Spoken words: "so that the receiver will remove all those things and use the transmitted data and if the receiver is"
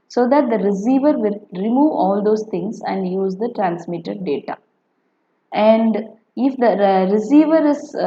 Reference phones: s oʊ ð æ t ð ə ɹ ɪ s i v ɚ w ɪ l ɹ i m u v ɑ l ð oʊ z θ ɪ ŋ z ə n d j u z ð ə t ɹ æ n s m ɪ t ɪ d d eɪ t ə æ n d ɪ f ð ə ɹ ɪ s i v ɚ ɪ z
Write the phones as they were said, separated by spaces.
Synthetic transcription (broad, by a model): s oʊ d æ t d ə ɹ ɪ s i v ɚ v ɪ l ɹ i m u v ɑ l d oʊ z t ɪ ŋ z ə n d j u z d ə t ɹ æ n s m ɪ t ɪ d d eɪ t ə æ n d ɪ f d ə ɹ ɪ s i v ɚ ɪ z